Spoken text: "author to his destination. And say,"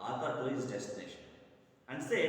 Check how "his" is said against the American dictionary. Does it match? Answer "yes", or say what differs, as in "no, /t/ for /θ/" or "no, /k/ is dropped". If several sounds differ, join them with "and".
no, /s/ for /z/